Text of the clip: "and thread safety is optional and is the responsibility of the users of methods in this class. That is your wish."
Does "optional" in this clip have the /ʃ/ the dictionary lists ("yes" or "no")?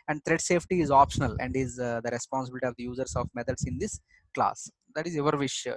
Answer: yes